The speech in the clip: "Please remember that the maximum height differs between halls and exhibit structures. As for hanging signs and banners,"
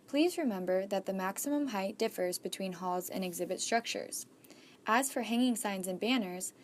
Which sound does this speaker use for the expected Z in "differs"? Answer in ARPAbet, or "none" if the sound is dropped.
Z